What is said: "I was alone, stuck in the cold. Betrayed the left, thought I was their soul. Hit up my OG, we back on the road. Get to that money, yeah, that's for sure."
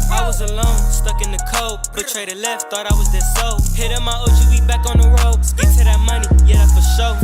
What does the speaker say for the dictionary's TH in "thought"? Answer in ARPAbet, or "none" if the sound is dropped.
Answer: TH